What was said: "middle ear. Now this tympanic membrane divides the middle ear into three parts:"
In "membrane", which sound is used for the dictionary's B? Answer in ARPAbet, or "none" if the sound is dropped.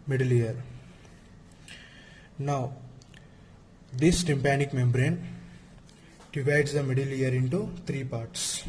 B